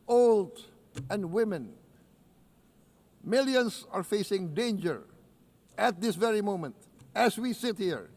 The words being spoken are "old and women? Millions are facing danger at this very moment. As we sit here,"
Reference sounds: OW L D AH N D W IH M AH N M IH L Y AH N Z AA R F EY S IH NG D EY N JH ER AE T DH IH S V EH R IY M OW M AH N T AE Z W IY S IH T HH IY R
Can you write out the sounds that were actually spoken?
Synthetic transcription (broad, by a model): OW L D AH N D W IH M AH N M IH L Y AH N S AA R F EY S IH NG D EY N JH ER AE T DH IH S V EH R IY M OW M AH N T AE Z W IY S IH T HH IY R